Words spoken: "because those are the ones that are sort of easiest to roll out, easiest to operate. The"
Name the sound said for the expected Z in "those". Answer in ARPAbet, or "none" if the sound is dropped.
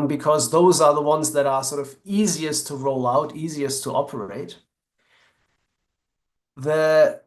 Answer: Z